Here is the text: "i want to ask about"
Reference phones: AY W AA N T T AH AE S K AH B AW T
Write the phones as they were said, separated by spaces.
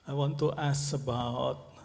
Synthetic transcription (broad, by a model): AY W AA N T T AH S AH B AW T